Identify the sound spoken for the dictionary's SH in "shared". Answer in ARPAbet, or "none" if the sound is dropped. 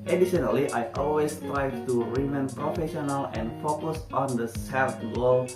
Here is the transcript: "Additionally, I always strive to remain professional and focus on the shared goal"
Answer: S